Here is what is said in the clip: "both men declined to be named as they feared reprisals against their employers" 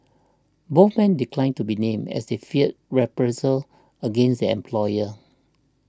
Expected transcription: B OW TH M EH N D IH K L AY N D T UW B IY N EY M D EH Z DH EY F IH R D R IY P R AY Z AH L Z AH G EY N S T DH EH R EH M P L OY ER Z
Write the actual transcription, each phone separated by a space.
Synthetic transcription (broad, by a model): B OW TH M EH N D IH K L AY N T UW B IY N EY M EH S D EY F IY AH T R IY P R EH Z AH L AH G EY N S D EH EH M P L OY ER